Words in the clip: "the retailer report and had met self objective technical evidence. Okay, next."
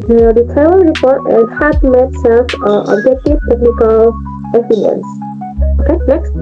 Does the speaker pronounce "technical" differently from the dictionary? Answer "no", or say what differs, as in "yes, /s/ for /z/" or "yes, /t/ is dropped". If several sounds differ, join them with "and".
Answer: no